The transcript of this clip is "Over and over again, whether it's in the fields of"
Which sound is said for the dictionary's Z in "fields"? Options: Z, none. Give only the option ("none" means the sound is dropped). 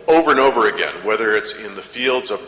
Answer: Z